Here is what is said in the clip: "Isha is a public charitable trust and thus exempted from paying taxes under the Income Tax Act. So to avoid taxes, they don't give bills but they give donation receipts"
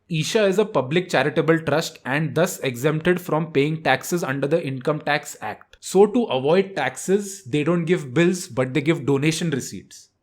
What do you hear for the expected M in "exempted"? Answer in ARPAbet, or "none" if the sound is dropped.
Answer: M